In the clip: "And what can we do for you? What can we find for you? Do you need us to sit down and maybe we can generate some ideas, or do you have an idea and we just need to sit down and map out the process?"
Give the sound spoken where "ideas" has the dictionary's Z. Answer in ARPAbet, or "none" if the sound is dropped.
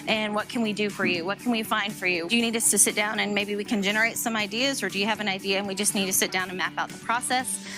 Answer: Z